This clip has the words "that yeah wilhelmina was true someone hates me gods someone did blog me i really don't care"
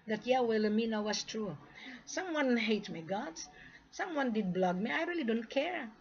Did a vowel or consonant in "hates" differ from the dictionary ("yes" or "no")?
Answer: yes